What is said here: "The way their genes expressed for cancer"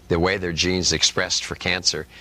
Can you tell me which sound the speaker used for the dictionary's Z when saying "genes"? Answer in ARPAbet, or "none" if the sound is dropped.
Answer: Z